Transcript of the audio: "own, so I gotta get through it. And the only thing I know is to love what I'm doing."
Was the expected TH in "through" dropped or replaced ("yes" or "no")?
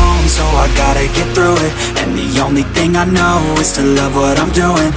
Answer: no